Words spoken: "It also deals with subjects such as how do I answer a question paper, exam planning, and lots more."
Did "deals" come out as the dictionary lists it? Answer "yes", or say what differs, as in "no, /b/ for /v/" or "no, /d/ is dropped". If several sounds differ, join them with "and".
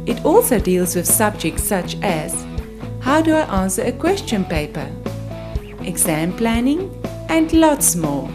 yes